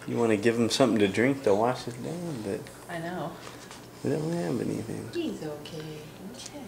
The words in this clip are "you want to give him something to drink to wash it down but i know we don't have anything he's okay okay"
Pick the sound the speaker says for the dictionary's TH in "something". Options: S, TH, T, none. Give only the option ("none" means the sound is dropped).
TH